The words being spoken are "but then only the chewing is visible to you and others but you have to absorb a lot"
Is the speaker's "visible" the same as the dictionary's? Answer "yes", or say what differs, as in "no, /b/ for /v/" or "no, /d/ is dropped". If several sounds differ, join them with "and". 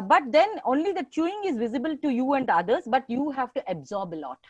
yes